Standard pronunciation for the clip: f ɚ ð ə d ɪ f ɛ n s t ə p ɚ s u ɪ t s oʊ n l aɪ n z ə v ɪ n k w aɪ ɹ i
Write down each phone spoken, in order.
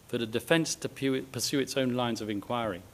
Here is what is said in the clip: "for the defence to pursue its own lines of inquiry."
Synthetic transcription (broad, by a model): f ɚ ð ə d ɪ f ɛ n s t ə p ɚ s u ɪ t s oʊ n l aɪ n z ə v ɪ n k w aɪ ɹ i